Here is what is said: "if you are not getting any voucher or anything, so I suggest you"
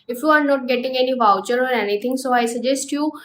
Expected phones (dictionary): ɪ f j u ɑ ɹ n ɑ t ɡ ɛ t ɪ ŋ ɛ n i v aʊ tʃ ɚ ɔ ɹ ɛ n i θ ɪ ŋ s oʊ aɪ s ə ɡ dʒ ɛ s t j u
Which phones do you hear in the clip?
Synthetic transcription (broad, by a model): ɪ f j u ɑ ɹ n ɑ t ɡ ɛ t ɪ ŋ ɛ n i v aʊ tʃ ɚ ɔ ɹ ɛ n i t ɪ ŋ s oʊ aɪ s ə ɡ dʒ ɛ s t j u